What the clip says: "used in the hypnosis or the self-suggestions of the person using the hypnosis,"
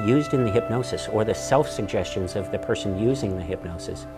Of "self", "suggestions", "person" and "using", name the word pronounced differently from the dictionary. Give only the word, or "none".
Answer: none